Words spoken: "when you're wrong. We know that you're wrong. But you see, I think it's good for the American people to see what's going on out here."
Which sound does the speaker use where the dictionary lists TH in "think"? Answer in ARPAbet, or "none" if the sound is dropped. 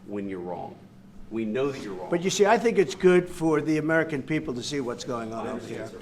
TH